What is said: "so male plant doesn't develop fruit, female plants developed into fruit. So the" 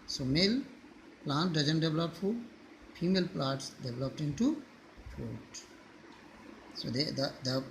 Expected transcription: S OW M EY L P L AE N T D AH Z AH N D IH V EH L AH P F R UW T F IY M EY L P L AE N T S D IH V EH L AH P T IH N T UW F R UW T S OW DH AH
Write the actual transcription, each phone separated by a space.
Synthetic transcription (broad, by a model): S OW M EY L P L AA N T D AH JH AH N D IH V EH L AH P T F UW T F IY M EY L P L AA T S D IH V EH L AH P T IH N T UW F UW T S OW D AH